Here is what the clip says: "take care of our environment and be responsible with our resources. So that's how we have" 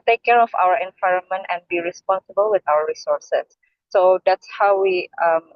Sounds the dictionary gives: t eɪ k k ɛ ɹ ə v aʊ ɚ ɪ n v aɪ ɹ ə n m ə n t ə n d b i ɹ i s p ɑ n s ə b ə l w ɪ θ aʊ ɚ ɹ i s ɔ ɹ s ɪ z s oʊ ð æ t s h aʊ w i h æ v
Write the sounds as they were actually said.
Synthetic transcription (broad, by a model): t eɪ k k ɛ ɹ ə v aʊ ɚ ɪ n v aɪ ɹ ə n m ə n t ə n b i ɹ i s p ɑ n s ə b ə l w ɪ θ aʊ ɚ ɹ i s ɔ ɹ s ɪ s oʊ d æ t s h aʊ w i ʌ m